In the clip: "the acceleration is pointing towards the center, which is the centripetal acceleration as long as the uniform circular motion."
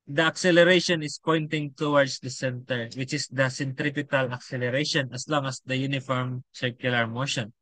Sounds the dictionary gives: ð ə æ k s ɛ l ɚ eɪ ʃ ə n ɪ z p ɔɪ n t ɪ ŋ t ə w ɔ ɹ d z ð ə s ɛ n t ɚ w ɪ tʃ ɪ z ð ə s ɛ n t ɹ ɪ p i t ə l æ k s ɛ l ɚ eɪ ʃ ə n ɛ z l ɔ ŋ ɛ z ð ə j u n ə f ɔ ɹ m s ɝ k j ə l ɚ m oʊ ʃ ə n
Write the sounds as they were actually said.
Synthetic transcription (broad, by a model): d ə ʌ k s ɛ l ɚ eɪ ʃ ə n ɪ s p ɔɪ n t ɪ ŋ t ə w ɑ ɹ d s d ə s ɛ n t ɚ w ɪ tʃ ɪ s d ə s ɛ n t ɹ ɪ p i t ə l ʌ k s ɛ l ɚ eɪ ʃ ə n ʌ s l ɔ ŋ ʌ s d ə j u n ə f ɔ ɹ m s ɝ k j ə l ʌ m oʊ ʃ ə n